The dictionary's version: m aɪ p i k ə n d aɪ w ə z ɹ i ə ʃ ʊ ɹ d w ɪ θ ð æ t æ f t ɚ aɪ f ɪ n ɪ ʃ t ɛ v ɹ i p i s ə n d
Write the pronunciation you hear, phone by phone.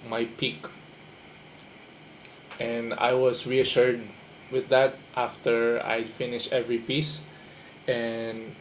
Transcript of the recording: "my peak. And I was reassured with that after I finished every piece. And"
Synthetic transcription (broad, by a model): m aɪ p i k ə n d aɪ w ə s ɹ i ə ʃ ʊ ɹ d w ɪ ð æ t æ f t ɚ aɪ f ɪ n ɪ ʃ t ɛ v ɹ i p i s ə n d